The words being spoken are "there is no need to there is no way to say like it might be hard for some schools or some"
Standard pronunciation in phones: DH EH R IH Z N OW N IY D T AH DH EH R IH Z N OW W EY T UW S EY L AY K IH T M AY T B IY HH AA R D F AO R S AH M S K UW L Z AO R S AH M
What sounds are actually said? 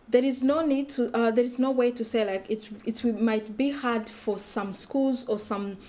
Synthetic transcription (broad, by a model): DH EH R IH Z N OW N IY D T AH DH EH R IH Z N OW W EY T UW S EY L AY K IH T M AY T B IY HH AA R D F AO R S AH M S K UW L Z AO R S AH M